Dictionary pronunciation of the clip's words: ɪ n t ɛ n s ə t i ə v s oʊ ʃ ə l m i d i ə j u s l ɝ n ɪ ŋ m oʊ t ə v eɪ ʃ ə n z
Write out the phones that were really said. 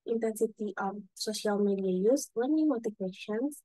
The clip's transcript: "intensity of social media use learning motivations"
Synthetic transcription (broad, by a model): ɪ n t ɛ n s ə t i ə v s oʊ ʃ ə l m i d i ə j u s w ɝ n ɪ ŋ m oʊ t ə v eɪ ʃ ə n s